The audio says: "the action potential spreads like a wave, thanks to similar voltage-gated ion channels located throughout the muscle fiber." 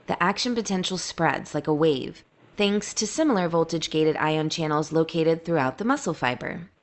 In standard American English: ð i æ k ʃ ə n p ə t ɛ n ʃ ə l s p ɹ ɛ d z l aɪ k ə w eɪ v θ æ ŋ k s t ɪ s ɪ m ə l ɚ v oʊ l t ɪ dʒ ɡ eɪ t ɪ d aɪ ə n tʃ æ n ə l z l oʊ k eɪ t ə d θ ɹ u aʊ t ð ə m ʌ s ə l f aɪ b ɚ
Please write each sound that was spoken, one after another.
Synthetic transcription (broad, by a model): ð i æ k ʃ ə n p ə t ɛ n ʃ l s p ɹ ɛ d z l aɪ k ə w eɪ v θ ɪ ŋ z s t ɪ s ɪ m l ɚ v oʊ l t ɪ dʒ ɡ eɪ t ɪ d aɪ ə n tʃ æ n l z l oʊ k eɪ t ə d θ ɹ u aʊ t ð ə m ʌ s l f aɪ b ɚ